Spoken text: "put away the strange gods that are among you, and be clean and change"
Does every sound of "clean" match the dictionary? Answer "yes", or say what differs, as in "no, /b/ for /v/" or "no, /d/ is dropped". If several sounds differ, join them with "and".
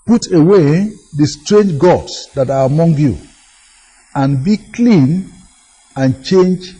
yes